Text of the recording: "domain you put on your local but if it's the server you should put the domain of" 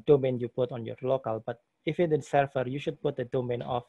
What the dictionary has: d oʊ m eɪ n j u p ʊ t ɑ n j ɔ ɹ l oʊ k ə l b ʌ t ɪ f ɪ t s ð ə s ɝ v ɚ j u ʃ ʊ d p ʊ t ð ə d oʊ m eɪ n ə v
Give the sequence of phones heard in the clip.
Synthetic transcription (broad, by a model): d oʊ m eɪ n j u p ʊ t ɑ n j ɔ ɹ l oʊ k ə l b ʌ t ɪ f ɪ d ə s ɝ f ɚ j u ʃ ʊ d p ʊ t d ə d oʊ m eɪ n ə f